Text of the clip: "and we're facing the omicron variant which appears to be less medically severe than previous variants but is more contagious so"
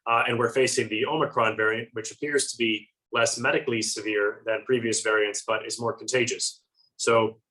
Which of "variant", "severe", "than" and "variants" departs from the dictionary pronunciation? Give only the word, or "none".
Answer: none